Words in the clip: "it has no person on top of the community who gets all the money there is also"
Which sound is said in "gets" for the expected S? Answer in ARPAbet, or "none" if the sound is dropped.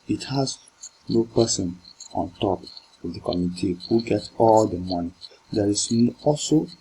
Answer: none